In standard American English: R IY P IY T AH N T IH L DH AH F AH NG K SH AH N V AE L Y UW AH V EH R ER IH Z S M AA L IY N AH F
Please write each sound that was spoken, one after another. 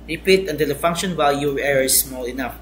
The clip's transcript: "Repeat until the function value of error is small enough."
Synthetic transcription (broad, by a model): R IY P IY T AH N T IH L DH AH F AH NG K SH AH N W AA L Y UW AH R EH R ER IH S M AA L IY N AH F